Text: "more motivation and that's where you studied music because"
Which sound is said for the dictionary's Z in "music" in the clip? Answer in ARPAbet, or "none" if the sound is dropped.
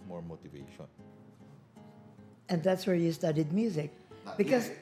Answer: Z